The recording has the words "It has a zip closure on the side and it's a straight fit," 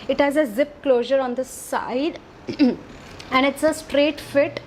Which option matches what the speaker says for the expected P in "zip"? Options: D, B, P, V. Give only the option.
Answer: P